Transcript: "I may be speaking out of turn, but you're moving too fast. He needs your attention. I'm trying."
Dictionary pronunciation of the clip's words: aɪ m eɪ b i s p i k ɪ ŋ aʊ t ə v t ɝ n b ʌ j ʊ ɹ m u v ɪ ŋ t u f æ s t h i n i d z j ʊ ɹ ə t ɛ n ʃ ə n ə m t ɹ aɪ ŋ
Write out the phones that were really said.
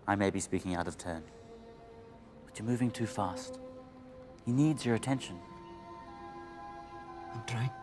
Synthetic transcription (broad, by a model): aɪ m eɪ b i s p i k ɪ ŋ aʊ t ə v t ɝ n b ʌ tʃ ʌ ɹ m u v ɪ ŋ t u f æ s t h i n i d z j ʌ ɹ ə t ɛ n ʃ ə n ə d ɹ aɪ